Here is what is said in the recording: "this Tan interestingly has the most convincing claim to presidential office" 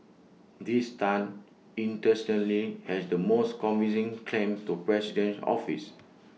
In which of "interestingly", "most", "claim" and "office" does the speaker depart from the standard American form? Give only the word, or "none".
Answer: interestingly